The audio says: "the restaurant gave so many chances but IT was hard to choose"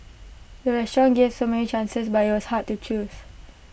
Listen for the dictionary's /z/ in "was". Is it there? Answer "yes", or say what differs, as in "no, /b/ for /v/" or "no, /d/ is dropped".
no, /s/ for /z/